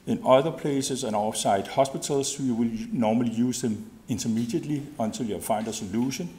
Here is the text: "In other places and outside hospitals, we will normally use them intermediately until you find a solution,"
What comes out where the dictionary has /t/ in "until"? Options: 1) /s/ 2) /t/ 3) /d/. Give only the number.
1